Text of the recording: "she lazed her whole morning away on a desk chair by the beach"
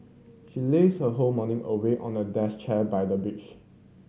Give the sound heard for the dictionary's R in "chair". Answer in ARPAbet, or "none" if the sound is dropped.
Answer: L